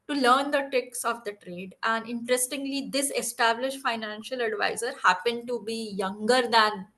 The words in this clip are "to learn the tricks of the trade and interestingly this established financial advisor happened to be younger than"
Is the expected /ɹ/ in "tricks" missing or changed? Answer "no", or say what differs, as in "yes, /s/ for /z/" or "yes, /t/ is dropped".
yes, /ɹ/ is dropped